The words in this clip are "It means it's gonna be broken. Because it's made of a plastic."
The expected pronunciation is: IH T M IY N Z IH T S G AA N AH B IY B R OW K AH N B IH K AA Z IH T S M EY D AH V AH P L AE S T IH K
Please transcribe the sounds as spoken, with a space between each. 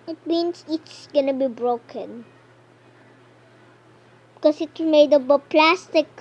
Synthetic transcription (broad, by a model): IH T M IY N S IH T S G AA N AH B IY B R OW K AH N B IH K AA S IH T M EY D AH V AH P L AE S T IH K